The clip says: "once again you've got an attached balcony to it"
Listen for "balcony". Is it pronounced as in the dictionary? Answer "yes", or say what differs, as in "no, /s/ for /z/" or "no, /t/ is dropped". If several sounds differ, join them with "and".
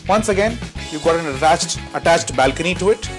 yes